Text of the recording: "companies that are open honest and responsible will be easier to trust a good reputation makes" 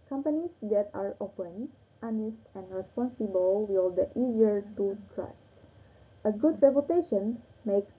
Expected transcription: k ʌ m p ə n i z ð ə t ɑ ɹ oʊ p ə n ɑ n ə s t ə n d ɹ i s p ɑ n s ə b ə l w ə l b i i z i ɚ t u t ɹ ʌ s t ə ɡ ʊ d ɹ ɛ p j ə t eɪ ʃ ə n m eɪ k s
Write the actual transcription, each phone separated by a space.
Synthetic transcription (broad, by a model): k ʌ m p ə n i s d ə t ɑ ɹ oʊ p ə n ɑ n ə s t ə n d ɹ i s p ɑ n s ə b ə l w ə l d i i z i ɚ t u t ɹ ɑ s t ə ɡ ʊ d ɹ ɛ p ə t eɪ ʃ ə n m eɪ k